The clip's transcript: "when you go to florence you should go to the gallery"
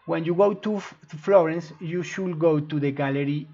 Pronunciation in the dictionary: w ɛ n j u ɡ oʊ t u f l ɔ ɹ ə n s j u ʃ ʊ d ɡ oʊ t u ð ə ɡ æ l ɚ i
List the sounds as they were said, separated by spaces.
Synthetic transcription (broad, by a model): w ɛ n j u ɡ oʊ t u f l ɔ ɹ ə n s j u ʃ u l ɡ oʊ t u ð ə ɡ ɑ l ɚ i